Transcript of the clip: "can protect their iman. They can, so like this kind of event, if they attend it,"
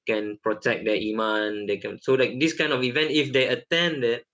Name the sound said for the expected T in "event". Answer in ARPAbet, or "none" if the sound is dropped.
T